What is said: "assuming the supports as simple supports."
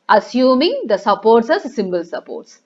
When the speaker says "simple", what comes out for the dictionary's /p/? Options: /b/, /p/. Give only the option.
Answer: /b/